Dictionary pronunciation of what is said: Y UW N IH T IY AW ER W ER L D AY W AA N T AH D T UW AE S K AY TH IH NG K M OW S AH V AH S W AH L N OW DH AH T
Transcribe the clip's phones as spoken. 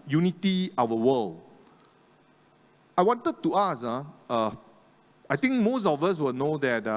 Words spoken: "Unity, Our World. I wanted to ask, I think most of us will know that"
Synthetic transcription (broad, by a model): Y UW N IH T IY AW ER W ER L AY W AA N T AH D T UW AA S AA AY T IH NG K M OW S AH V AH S W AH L N OW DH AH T